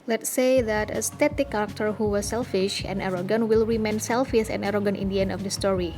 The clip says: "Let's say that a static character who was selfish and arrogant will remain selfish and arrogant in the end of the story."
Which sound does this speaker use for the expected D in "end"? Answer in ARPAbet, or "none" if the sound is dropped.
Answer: none